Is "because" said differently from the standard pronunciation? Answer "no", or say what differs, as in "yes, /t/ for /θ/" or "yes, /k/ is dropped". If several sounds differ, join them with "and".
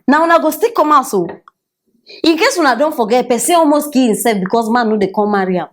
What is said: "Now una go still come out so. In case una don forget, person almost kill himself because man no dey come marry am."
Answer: yes, /s/ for /z/